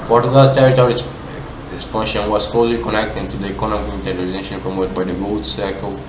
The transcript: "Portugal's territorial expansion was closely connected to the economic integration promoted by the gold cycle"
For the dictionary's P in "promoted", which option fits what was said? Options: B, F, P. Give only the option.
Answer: F